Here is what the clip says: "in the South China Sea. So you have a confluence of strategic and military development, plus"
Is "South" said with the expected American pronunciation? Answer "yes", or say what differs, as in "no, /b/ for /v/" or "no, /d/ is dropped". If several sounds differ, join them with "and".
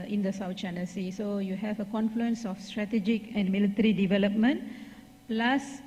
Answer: no, /t/ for /θ/